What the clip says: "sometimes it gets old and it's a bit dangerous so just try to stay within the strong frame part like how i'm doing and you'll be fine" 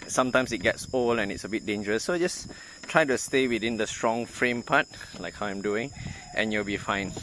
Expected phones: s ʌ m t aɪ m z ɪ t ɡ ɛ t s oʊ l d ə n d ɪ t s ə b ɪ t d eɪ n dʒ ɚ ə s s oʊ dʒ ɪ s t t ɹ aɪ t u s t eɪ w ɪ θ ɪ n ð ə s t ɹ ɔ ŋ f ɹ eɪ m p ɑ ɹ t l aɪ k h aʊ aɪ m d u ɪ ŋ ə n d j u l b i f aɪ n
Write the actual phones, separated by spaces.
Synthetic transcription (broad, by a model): s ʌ m t aɪ m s ɪ t ɡ ɛ t s oʊ l ə n ɪ t s ə b ɪ t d eɪ n dʒ ɚ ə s s oʊ dʒ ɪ s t t ɹ aɪ t u s t eɪ w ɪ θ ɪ n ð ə s t ɹ ɔ ŋ f ɹ eɪ m p ɑ t l aɪ k h aʊ aɪ m d u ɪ ŋ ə n j u l b i f aɪ n